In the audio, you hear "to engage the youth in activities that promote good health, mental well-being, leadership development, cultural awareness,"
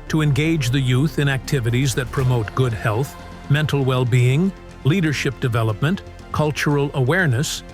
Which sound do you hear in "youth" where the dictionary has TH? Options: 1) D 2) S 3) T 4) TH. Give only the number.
4